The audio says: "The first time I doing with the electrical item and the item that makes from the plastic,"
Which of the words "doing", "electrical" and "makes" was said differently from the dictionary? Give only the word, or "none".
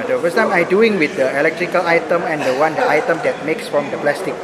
none